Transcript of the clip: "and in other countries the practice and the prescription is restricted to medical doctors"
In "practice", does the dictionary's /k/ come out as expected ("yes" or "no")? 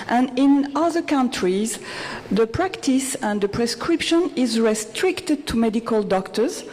yes